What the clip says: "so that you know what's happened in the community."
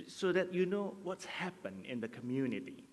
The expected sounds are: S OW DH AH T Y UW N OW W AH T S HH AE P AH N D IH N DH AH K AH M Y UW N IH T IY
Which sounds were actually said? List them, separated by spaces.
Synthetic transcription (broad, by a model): S OW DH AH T Y UW N OW W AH T S HH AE P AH N IH N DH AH K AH M Y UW N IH T IY